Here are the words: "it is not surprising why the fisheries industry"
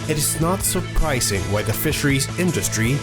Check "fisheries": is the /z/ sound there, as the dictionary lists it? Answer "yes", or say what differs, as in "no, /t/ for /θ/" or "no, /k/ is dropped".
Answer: yes